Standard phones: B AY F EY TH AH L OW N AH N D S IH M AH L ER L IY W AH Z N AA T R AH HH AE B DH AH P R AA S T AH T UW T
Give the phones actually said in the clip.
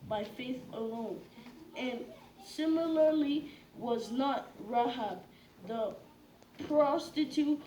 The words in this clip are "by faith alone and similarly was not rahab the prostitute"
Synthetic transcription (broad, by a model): B AY F EY TH AH L OW N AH N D S IH M AH L ER L IY W AH Z N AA T R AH HH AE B DH AH P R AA S T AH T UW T